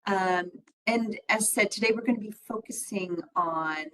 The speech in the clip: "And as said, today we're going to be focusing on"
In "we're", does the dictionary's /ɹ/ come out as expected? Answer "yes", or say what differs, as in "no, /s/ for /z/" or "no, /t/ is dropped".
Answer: yes